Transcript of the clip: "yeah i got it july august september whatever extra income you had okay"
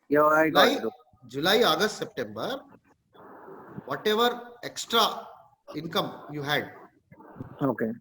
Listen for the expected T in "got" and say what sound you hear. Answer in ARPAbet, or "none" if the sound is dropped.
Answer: none